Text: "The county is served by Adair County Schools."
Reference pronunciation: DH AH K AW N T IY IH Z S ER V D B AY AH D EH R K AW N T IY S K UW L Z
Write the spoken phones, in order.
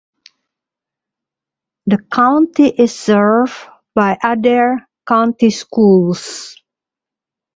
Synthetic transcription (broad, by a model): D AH K AW N T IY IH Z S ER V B AY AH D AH R K AW N T IY S K UW L S